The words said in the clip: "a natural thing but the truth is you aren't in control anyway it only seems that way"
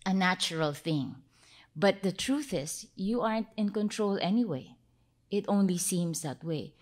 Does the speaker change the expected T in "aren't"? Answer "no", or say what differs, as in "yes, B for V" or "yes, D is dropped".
no